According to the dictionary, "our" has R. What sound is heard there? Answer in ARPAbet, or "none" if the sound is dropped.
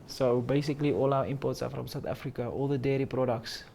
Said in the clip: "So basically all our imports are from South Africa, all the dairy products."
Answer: W